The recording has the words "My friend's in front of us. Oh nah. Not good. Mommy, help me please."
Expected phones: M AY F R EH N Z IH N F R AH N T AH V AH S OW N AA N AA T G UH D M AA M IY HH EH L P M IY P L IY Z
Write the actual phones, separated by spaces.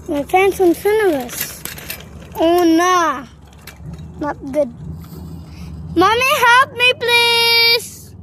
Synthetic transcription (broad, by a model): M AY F EH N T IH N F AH N AH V AH S OW N AA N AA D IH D M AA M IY HH EH L P M IY P L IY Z